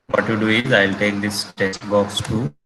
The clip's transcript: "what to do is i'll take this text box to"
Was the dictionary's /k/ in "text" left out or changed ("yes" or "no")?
yes